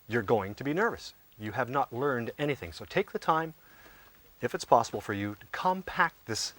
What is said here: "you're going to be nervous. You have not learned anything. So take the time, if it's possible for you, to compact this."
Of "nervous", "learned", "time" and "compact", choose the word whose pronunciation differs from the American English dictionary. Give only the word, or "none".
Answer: none